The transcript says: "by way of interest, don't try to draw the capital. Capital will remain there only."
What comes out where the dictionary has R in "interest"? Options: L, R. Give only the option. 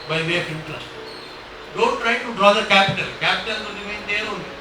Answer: L